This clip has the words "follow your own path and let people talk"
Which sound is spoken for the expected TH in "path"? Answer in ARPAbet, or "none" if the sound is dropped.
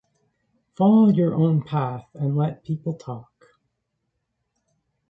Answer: TH